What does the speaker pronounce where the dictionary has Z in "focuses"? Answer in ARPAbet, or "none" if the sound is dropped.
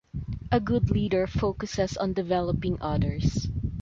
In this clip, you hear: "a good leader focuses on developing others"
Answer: S